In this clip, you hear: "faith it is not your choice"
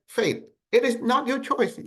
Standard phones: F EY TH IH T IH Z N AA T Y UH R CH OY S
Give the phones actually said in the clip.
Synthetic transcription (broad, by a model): F EY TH IH T IH Z N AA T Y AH R CH OY S